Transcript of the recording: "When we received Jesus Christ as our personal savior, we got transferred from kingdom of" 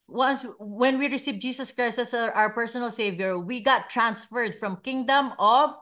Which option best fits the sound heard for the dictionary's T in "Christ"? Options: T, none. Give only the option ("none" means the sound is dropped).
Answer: none